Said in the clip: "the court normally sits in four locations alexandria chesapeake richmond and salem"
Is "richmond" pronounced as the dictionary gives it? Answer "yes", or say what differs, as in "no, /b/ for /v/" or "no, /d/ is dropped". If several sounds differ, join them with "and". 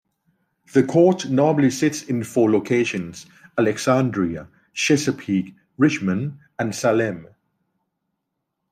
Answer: no, /d/ is dropped